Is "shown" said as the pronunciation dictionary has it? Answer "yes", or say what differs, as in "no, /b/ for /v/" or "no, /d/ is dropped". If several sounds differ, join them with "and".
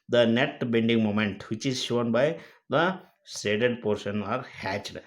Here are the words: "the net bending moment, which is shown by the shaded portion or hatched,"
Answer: yes